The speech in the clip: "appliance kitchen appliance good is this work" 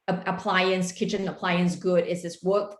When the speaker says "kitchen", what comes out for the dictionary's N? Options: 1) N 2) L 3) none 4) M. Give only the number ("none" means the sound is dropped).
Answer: 1